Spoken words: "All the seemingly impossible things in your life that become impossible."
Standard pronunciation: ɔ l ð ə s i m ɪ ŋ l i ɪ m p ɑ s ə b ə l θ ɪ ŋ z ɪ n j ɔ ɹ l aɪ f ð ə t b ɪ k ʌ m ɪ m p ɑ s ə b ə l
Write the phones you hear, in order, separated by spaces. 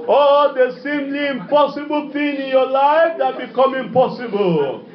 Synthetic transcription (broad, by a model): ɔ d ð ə s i m l i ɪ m p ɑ s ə b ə l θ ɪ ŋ ɪ n j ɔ l aɪ f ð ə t b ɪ k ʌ m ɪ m p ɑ s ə b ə l